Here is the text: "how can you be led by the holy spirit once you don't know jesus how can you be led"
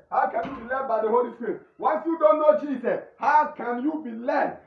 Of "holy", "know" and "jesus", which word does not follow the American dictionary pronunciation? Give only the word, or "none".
jesus